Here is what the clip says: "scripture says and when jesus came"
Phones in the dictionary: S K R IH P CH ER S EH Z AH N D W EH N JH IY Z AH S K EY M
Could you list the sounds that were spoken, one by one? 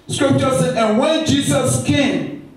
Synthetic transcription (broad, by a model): S K R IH P CH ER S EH AH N W EH N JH IY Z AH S K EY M